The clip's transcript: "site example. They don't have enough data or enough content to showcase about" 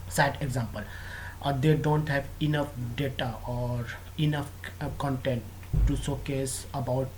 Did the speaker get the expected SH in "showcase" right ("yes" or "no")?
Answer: no